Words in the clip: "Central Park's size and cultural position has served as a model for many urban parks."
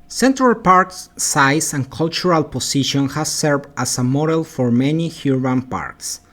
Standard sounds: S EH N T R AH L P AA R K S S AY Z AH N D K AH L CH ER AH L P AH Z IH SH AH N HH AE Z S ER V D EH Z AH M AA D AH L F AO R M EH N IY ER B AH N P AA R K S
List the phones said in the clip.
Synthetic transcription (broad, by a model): S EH N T R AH L P AA R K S S AY S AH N K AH L CH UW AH L P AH S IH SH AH N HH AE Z S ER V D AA S AH M AA D AH L F AO R M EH N IY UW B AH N P AA R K S